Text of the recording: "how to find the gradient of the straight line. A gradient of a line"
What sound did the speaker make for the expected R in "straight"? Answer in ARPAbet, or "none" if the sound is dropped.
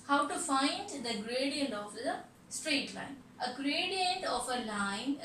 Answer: R